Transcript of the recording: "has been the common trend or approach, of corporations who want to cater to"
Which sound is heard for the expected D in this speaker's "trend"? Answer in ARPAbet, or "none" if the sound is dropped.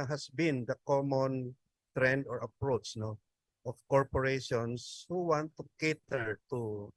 D